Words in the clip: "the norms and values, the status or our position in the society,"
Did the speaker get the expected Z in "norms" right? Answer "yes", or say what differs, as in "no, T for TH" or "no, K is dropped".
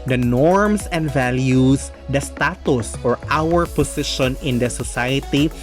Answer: no, S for Z